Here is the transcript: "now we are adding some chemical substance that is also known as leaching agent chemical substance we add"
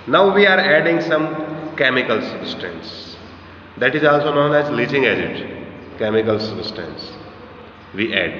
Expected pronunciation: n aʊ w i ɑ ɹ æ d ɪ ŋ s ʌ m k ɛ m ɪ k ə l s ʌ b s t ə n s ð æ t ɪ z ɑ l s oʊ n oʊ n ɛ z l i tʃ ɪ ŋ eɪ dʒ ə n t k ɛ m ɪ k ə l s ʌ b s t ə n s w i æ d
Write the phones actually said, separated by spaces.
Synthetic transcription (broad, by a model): n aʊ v i ɑ ɹ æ d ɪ ŋ s ʌ m k ɛ m ɪ k ə l s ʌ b s t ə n s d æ t ɪ z ɑ l s oʊ n oʊ n ɛ z l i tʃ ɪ ŋ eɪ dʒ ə t k ɛ m ɪ k ə l s ʌ b s t ə n s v i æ d